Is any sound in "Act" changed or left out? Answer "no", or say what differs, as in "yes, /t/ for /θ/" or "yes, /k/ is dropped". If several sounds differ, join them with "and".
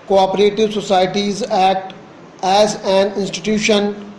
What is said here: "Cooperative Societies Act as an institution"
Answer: yes, /k/ is dropped